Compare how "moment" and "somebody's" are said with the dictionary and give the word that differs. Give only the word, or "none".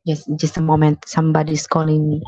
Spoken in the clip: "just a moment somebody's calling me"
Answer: somebody's